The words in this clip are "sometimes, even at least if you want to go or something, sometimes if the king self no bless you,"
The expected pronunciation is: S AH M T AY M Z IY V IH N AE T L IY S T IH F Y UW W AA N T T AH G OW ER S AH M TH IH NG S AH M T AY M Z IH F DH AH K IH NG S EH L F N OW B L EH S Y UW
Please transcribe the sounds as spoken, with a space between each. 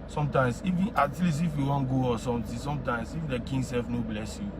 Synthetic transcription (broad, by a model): S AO M T AY M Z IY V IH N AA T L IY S IH F Y UW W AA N G OW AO S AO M T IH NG S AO M T AY M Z IH F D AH K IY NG S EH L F N OW B L EH S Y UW